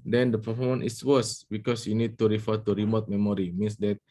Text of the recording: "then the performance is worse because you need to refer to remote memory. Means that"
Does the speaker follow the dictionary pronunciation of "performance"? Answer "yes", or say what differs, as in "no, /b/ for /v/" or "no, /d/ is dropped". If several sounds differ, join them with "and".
no, /s/ is dropped